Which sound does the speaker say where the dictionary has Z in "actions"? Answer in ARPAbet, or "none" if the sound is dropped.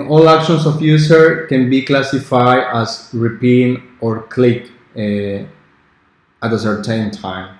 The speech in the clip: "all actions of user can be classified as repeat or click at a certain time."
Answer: S